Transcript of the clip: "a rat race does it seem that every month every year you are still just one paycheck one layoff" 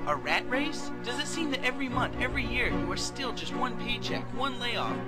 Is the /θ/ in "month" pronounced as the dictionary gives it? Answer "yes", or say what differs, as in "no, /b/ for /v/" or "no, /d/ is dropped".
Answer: yes